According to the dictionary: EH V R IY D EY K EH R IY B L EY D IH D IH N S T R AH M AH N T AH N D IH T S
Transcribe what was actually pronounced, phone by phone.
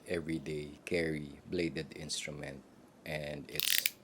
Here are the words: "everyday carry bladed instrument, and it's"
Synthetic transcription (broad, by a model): EH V R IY D EY K EH R IY B L EY D IH D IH N S T R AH M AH N T AH N D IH T S